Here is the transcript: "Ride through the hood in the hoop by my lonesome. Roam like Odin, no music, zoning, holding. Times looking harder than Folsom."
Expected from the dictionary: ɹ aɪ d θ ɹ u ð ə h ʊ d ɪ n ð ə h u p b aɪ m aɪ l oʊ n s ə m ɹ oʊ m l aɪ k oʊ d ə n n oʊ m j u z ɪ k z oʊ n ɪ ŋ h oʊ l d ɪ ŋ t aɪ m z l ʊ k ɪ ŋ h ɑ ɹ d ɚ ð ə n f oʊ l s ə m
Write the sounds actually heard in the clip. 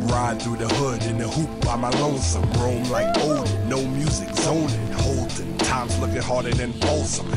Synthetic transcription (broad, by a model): ɹ aɪ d θ ɹ u ð ə h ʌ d ɪ n ð ə h u p b aɪ m aɪ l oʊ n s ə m ɹ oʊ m l aɪ k oʊ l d n oʊ m j u z ɪ k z oʊ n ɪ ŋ h oʊ l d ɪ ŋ t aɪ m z l ʊ k ɪ ŋ h ɑ ɹ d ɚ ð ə n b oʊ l s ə m